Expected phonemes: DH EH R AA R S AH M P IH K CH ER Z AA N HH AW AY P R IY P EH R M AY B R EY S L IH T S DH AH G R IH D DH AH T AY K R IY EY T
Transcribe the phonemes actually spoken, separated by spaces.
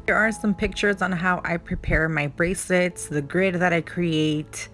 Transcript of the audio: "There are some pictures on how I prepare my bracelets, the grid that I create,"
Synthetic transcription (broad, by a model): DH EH R AA R S AH M P IH K CH ER Z N HH AW AY P R IY P EH R M AY B R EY S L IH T S DH AH G R IH D DH AH T AY K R IY EY T